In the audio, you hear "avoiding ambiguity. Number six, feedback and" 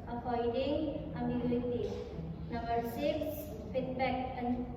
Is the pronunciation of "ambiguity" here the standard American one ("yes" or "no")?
no